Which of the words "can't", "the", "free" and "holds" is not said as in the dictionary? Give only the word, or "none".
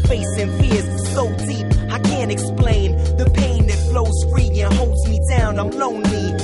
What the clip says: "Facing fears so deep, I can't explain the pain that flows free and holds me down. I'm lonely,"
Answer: none